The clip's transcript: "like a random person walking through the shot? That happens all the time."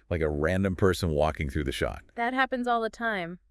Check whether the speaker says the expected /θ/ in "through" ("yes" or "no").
yes